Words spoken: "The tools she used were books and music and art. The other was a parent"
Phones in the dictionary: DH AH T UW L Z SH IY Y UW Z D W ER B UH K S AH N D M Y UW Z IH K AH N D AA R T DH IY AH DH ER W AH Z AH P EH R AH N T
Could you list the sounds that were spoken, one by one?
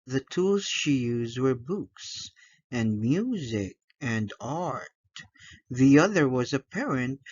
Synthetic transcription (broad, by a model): DH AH T UW L Z SH IY Y UW Z D W ER B UH K S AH N M Y UW Z IH K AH N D AA R T DH IY AH DH ER W AH Z AH P EH R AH N T